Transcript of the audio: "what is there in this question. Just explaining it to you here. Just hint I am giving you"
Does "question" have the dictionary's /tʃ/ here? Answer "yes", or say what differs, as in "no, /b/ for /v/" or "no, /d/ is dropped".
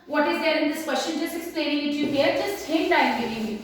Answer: no, /ʃ/ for /tʃ/